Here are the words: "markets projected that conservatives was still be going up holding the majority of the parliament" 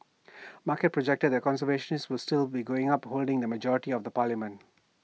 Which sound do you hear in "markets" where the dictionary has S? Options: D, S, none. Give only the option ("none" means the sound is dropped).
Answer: none